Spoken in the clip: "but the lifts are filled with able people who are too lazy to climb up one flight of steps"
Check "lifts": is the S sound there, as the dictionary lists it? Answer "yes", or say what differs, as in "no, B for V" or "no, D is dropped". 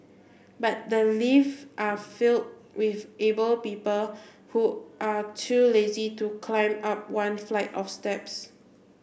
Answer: no, S is dropped